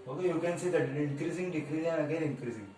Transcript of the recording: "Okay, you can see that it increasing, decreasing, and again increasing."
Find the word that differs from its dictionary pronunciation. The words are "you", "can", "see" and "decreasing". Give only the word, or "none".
decreasing